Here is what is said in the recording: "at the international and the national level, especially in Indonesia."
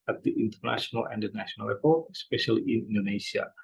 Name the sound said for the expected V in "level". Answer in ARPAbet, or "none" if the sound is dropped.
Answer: P